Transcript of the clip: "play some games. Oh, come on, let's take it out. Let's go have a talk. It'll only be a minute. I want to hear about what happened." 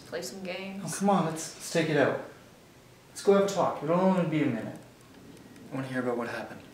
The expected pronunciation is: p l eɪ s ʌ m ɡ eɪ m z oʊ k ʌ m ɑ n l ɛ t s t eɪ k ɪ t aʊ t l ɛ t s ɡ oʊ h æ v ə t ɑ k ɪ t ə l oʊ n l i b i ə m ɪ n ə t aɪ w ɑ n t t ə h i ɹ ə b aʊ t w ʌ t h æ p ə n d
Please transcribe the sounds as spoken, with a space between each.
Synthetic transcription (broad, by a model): p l eɪ s ʌ m ɡ eɪ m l k ʌ m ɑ n l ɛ t s t eɪ k ɪ t aʊ t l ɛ t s ɡ oʊ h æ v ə t ɑ k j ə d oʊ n w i b i ə m ɪ n ə t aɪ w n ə h i ɹ ə b aʊ t w ʌ t h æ p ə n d